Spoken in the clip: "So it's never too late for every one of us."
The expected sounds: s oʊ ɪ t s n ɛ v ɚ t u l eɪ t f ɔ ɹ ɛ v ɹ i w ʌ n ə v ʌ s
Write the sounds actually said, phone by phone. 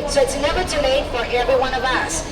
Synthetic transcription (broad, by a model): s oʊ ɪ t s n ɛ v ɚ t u n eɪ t f ɔ ɹ ɛ v ɹ i w ʌ n ə v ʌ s